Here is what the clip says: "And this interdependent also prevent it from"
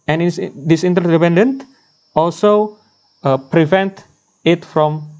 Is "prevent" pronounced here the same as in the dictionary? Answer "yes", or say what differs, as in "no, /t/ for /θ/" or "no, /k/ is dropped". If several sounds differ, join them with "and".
yes